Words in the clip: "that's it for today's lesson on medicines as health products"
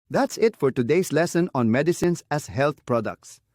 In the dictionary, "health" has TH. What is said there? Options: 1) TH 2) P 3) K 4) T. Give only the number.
4